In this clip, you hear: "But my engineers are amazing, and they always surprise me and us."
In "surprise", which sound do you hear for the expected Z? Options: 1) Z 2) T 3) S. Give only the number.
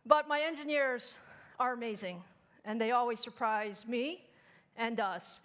1